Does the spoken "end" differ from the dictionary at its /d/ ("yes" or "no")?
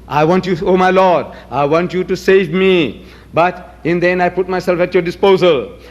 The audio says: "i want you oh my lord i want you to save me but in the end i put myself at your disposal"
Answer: yes